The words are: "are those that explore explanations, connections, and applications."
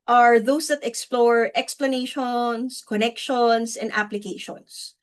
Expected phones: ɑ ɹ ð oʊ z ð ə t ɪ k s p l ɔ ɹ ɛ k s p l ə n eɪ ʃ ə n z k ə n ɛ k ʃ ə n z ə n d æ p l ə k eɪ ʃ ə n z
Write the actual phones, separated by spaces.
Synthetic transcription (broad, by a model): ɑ ɹ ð oʊ s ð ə t ɪ k s p l ɔ ɹ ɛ k s p l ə n eɪ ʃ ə n s k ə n ɛ k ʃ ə n s ə n d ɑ p l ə k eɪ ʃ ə n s